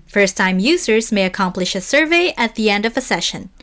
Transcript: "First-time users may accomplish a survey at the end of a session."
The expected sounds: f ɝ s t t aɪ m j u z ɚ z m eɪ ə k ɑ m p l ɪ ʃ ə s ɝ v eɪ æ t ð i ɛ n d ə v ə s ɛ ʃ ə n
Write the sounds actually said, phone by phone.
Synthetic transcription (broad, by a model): f ɝ s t t aɪ m j u z ɚ z m eɪ ə k ɑ m p l ɪ ʃ ə s ɝ v eɪ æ t ð i ɛ n d ə v ə s ɛ ʃ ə n